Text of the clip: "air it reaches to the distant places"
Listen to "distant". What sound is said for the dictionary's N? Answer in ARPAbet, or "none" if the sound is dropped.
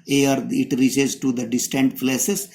N